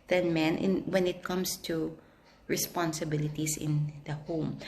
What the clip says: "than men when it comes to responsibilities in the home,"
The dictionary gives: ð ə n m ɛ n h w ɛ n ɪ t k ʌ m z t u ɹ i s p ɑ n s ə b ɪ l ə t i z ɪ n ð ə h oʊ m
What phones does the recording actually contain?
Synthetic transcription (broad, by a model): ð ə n m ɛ n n w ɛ n ɪ t k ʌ m s t u ɹ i s p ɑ n s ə b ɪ l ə t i s ɪ n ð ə h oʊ m